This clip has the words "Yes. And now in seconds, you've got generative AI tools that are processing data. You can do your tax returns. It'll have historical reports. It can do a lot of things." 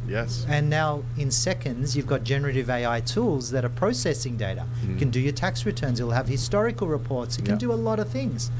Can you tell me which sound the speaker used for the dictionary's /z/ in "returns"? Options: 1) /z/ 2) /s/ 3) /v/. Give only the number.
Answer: 1